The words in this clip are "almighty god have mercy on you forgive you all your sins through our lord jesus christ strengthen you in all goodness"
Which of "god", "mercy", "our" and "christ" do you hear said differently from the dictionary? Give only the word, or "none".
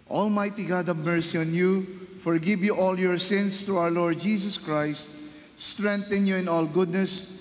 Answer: our